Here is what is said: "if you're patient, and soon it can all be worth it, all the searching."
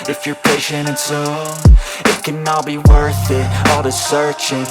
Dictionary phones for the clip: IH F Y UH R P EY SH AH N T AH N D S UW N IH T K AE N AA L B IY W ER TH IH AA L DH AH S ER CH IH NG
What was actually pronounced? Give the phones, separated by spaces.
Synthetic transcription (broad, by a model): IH F Y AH R P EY SH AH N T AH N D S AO IH T K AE N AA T B IY W ER TH IH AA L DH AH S ER CH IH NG